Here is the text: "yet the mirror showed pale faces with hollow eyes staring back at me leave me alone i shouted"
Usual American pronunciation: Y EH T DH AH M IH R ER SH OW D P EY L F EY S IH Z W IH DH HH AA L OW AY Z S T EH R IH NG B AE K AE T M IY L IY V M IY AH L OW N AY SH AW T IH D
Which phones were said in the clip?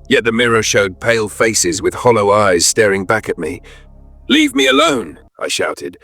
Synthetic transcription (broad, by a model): Y EH T DH AH M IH R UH SH OW D P EY L F EY S IH Z W IH DH HH AA L OW AY Z S T EH R IH NG B AE K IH T M IY L IY V M IY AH L OW N AY SH AW T IH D